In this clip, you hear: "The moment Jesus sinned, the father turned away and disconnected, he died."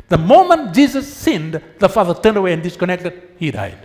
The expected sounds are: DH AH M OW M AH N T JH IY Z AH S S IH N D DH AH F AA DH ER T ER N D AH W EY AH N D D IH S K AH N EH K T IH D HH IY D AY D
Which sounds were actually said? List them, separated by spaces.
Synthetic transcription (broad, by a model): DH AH M OW M AH N T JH IY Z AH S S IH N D DH AH F AA DH ER T ER N D AH W EY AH N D D IH S K AH N EH K T IH D HH IY D AY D